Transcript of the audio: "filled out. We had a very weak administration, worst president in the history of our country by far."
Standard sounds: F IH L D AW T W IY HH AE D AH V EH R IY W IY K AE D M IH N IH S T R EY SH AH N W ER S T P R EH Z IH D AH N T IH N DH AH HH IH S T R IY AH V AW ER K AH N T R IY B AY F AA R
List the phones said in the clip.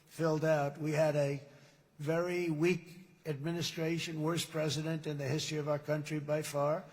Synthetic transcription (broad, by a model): F IH L D AW T W IY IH D AH V EH R IY W IY K AE D M IH N IH S T R EY SH AH N W ER S P R EH Z IH D AH N T IH N DH AH HH IH S T R IY AH V AW ER K AH N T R IY B AY F AA R